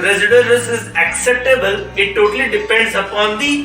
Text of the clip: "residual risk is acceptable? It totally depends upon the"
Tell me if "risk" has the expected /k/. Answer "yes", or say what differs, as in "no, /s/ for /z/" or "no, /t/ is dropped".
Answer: no, /k/ is dropped